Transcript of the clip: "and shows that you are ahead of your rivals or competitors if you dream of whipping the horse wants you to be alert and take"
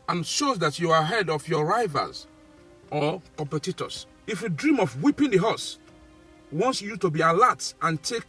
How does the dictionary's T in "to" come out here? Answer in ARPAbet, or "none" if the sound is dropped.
T